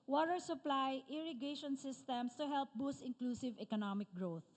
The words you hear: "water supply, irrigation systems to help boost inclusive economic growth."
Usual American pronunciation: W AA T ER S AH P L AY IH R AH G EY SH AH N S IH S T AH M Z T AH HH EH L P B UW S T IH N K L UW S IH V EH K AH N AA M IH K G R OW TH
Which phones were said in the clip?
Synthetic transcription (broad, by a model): W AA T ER S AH P L AY IH R AH G EY SH AH N S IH S T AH M S T AH HH EH L P B UW S T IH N K L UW S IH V EH K AH N AA M IH K G R OW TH